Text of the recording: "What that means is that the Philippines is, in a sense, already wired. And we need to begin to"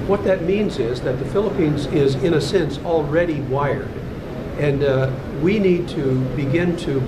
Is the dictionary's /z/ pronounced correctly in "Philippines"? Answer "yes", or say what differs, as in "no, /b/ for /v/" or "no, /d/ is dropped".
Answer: yes